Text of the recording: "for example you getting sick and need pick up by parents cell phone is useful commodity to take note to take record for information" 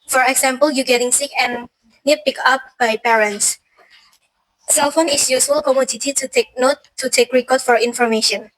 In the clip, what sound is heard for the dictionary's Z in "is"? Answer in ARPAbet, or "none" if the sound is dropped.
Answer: S